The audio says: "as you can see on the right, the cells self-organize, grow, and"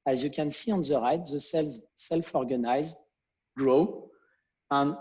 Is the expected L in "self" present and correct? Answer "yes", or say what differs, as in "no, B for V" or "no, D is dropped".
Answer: yes